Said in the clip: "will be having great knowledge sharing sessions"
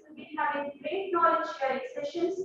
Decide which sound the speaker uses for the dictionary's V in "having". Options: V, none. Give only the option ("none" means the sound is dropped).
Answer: none